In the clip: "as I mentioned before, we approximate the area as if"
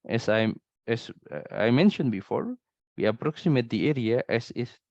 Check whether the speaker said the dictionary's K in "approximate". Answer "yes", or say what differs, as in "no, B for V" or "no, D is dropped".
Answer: yes